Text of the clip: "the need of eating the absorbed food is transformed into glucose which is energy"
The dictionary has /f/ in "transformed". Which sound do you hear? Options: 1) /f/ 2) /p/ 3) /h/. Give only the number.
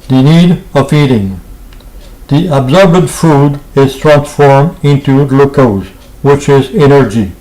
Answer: 1